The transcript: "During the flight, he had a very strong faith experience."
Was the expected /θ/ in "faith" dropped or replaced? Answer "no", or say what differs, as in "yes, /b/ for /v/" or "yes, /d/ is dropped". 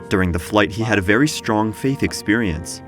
no